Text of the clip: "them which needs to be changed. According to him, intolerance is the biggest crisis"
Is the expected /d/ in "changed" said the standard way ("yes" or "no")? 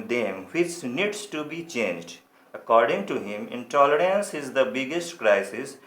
yes